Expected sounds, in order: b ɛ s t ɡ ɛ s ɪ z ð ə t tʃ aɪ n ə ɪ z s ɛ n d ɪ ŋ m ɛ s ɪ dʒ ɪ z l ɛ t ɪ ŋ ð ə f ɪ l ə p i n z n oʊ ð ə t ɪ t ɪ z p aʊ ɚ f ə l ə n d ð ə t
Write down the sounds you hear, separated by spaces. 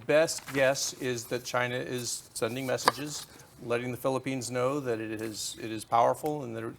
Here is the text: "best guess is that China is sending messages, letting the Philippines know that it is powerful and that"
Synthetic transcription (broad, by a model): b ɛ s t ɡ ɛ s ɪ z ð ə t tʃ aɪ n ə ɪ z s ɛ n d ɪ ŋ m ɛ s ɪ dʒ ɪ z l ɛ t ɪ ŋ ð ə f ɪ l ə p i n z n oʊ ð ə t ɪ t ɪ z p aʊ ɚ f l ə n ð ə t